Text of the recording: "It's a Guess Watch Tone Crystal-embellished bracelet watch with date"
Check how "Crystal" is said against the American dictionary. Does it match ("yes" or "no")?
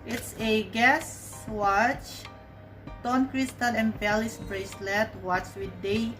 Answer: no